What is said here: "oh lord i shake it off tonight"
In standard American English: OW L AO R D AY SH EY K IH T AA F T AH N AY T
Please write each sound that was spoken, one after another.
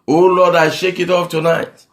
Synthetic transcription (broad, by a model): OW L AO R D AY SH EY K IH T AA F T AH N AY T